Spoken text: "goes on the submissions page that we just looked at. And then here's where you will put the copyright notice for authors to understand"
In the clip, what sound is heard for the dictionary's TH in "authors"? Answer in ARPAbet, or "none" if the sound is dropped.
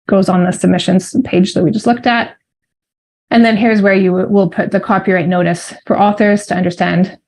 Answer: TH